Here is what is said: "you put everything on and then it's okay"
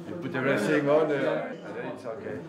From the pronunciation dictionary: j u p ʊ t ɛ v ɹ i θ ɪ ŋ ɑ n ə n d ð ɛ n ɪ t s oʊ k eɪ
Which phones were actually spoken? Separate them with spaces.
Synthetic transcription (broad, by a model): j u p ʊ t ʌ ɹ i s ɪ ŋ ɑ n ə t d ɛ ɪ t s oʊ k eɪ